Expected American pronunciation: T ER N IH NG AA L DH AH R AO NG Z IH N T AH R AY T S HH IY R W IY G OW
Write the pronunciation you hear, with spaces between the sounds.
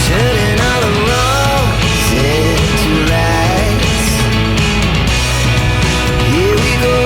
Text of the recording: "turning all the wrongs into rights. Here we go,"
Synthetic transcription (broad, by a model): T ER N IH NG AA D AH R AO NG S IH T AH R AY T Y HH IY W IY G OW